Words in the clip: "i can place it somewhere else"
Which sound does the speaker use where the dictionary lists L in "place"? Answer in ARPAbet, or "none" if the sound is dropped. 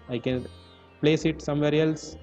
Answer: L